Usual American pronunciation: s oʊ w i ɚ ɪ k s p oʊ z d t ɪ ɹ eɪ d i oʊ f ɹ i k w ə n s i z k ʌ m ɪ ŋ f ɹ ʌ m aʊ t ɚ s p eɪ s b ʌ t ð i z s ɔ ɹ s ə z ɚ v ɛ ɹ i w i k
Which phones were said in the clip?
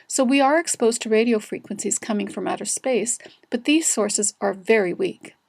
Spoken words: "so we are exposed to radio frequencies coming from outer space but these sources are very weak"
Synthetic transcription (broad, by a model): s oʊ w i ɚ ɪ k s p oʊ z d t ɪ ɹ eɪ d i oʊ f ɹ i k w ə n s i z k ʌ m ɪ ŋ f ɹ ʌ m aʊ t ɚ s p eɪ s b ʌ t ð i z s ɔ ɹ s ə z ɚ v ɛ ɹ i w i k